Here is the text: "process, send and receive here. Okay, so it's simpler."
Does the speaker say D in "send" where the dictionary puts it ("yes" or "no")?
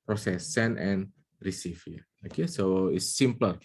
no